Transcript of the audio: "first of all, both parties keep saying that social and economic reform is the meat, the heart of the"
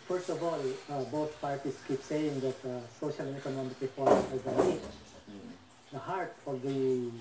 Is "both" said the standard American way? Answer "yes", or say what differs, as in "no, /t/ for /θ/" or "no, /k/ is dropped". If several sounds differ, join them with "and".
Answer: no, /t/ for /θ/